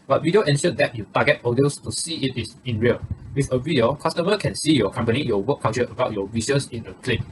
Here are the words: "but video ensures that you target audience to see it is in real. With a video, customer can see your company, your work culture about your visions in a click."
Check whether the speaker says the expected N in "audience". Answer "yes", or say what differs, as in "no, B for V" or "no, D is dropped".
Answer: no, N is dropped